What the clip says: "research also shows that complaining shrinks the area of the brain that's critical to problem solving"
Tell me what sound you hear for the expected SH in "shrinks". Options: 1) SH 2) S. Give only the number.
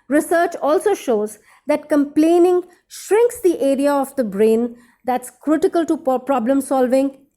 1